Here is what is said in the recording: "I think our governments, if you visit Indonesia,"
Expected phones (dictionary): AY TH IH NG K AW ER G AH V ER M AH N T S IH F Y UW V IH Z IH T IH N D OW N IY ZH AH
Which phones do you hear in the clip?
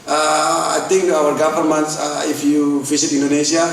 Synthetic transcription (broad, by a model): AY T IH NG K AW ER G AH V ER M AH N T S IH F Y UW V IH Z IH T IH N D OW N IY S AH